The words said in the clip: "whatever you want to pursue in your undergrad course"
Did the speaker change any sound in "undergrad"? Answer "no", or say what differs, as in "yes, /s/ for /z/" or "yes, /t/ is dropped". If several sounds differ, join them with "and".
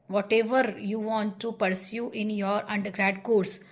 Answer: no